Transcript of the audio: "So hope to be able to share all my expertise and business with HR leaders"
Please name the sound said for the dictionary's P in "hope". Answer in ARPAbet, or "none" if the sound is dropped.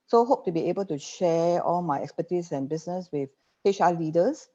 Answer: P